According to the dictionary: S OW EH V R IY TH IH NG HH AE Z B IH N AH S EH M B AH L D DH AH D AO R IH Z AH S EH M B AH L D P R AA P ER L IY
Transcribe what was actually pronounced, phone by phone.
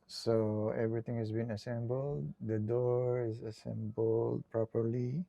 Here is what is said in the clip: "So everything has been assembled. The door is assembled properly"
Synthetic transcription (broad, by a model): S OW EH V R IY T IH NG HH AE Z B IH N AH S EH M B AH L D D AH D AO R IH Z AH S EH M B AH L D P R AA P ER L IY